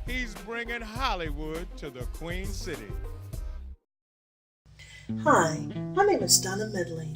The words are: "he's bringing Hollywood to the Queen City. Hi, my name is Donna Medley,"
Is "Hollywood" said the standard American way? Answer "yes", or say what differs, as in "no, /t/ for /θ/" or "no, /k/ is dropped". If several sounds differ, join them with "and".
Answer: yes